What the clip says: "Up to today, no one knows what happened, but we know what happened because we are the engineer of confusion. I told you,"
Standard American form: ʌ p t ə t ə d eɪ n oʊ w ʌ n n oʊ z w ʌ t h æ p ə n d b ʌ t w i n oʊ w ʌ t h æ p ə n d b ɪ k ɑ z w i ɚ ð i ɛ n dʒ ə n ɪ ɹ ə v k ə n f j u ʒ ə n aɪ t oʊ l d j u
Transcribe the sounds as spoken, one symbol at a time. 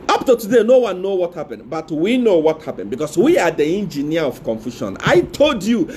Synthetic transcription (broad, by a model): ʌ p t ə t ə d eɪ n oʊ w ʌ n n oʊ w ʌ t h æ p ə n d b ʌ t w i n oʊ w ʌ t h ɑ p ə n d b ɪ k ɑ s w i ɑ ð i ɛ n dʒ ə n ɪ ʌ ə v k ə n f j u ʃ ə n aɪ t oʊ l d j u